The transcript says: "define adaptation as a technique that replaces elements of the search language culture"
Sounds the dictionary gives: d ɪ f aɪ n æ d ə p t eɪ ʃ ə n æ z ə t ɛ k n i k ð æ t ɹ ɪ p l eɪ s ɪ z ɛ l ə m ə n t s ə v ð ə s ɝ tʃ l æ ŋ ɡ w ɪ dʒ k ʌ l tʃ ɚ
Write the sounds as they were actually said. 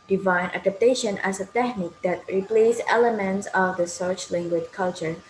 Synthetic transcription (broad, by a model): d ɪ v aɪ n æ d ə p t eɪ ʃ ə n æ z ə t ɛ k n i k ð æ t ɹ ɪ p l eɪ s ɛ l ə m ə n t s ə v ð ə s ɝ tʃ l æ ŋ ɡ w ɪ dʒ k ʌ l tʃ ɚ